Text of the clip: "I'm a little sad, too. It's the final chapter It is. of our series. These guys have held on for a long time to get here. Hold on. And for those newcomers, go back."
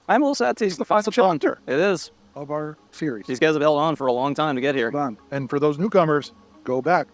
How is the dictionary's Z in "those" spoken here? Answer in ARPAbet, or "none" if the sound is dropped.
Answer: Z